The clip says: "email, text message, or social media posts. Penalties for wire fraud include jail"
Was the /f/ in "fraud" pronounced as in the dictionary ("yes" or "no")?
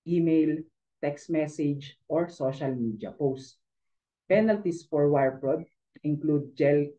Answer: no